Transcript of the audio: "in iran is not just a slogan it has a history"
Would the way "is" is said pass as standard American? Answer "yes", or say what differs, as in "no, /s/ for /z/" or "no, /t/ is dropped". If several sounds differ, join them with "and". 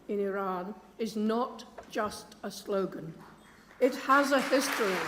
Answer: yes